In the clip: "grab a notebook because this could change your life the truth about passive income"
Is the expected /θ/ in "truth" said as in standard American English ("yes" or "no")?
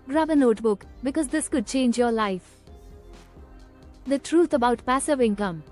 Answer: no